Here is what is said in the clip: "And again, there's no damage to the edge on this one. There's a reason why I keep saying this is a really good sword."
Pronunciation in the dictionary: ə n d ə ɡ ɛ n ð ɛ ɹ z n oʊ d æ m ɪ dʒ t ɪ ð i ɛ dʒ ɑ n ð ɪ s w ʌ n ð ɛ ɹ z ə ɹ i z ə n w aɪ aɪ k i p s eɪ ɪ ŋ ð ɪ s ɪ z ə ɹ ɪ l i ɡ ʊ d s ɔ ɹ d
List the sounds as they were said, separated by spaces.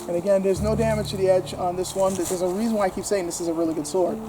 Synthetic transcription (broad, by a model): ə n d ə ɡ ɛ n ð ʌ ɹ z n oʊ d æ m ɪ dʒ t ɪ ð i ɛ dʒ n ð ɪ s w ʌ n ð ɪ ɹ z ə ɹ i z ə n w aɪ aɪ k i p s eɪ ɪ ŋ ð ɪ s ɪ z ə ɹ ɪ l i ɡ ʊ d s ɔ ɹ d